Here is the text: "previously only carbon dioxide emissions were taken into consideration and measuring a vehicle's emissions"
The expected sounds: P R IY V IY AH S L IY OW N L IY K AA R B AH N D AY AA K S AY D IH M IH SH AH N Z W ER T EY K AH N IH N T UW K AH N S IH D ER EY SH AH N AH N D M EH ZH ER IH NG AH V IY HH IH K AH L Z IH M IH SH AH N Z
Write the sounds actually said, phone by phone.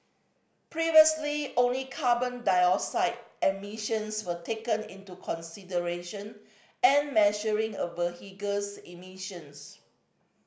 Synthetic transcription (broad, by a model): P R IY V IY AH S L IY OW N L IY K AA B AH N D AY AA S AY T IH M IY SH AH N S W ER T EY K AH N IH N T UW K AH N S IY D ER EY SH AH N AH N M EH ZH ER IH NG AH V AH HH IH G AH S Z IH M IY SH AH N S